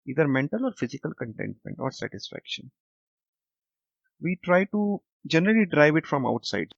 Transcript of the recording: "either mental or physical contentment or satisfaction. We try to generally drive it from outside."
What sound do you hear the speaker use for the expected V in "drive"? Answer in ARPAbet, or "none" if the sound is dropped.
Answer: V